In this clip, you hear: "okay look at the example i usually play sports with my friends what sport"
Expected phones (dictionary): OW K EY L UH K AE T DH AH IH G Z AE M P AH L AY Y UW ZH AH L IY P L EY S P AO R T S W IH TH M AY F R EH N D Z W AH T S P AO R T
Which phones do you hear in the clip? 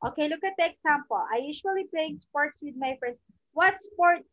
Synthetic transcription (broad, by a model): OW K EY L UH K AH T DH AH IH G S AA M P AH L AY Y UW SH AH L IY P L EY S P AO R T S W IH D M AY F R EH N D S W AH T S P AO R T